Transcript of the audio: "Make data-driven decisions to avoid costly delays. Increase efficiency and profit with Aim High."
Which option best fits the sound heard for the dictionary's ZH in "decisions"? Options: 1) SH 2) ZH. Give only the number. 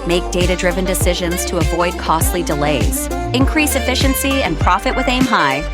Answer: 2